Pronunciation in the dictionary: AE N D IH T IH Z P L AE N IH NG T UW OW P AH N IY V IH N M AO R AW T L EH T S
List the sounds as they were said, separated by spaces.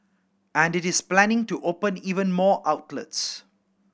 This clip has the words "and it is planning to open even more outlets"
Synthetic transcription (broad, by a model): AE N D IH T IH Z P L AE N IH NG T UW OW P AH N IY V IH N M AO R AW T L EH T S